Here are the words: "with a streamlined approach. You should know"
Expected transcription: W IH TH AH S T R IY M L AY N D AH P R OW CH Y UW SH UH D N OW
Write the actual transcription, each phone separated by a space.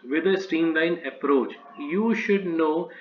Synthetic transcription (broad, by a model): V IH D AH S T IY M L AY N AH P R OW CH Y UW SH UH D N OW